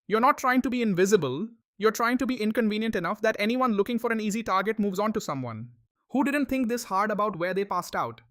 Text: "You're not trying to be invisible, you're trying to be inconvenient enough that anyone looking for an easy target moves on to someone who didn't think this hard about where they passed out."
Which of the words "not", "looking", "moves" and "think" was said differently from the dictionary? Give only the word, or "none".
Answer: think